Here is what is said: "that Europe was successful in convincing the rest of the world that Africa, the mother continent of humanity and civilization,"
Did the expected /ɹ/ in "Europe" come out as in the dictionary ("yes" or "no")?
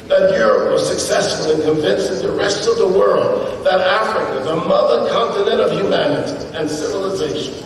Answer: yes